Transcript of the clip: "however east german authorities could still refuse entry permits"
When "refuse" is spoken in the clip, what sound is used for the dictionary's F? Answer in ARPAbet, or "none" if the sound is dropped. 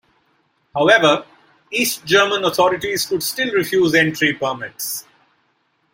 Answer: F